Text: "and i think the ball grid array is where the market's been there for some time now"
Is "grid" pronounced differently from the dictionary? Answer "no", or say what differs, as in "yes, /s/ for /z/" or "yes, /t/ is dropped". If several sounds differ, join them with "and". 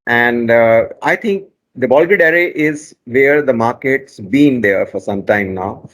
yes, /ɹ/ is dropped